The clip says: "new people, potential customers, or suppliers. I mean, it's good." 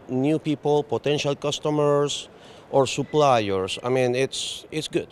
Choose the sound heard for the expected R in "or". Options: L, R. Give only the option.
R